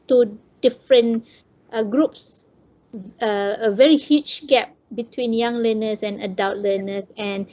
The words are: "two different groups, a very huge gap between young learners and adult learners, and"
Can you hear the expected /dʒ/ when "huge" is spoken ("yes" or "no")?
no